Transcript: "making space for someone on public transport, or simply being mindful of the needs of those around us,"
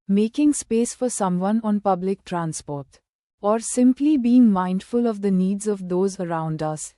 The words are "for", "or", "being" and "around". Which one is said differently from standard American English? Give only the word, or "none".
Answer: none